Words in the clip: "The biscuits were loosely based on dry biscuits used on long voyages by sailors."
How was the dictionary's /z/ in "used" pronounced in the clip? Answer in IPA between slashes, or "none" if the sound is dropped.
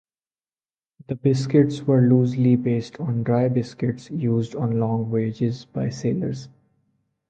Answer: /z/